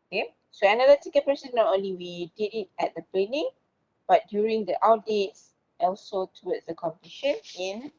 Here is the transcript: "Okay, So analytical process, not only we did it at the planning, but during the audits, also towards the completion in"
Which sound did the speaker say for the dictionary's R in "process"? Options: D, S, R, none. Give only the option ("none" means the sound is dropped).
none